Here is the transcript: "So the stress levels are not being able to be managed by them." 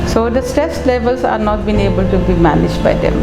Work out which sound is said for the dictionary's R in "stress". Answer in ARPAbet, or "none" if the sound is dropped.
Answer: none